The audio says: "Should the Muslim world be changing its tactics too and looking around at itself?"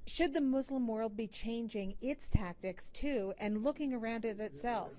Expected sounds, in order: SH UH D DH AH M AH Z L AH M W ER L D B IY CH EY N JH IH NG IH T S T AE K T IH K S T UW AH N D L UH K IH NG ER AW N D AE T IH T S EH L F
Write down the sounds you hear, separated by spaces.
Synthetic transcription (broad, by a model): SH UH D DH AH M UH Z L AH M W ER L D B IY CH EY N JH IH NG IH T S T AE K T IH K S T UW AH N L UH K IH NG ER AW N D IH T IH T S EH L F